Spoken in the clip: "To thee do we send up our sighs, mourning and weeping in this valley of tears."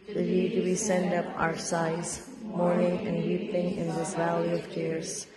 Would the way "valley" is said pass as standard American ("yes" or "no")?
yes